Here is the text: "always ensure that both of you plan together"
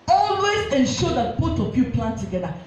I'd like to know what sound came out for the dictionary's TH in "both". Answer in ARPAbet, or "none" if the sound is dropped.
T